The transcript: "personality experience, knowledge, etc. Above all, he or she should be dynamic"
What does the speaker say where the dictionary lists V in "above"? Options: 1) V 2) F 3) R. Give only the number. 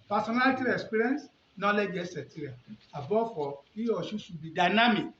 2